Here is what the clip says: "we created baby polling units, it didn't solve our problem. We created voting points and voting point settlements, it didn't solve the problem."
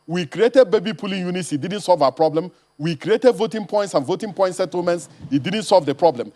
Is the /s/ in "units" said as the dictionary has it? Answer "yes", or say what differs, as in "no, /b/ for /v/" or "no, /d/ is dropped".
yes